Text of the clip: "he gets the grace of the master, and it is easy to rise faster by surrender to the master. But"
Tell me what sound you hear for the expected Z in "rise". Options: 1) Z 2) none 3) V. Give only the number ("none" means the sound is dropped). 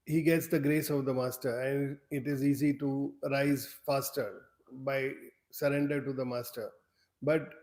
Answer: 1